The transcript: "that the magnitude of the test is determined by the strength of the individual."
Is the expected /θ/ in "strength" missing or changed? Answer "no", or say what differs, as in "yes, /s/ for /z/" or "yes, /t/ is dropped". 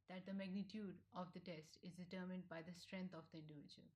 yes, /t/ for /θ/